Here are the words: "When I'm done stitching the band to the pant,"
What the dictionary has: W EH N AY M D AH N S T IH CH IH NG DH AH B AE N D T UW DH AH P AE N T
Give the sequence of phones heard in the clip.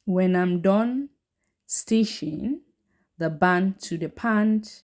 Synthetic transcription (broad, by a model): W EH N AY M D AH N S T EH SH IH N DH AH B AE N T UW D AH P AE N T